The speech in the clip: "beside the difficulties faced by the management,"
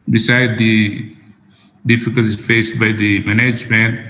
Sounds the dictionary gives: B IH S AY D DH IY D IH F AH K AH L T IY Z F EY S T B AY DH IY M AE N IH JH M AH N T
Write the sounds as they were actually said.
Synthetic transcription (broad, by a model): B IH S AY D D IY D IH F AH K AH L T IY F EY S T B AY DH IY M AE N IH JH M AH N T